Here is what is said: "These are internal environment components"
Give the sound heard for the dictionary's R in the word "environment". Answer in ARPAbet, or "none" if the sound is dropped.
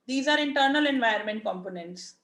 none